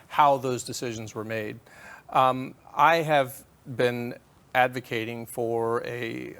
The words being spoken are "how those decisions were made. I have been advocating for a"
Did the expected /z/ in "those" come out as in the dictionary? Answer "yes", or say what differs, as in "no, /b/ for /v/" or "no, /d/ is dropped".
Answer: yes